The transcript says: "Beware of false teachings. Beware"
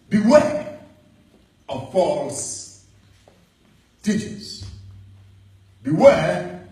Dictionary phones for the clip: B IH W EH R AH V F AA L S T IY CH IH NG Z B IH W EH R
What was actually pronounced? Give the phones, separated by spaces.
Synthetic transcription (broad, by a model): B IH W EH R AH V F AA L S T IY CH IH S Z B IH W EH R